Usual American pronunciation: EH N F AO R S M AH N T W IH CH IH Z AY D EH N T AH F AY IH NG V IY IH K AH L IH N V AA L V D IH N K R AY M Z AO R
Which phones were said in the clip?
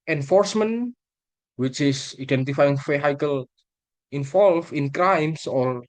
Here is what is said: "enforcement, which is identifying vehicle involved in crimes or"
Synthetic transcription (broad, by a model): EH N F AO R S M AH N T W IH CH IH S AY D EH N T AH F AY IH NG F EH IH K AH L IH N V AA L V IH N K R AY M S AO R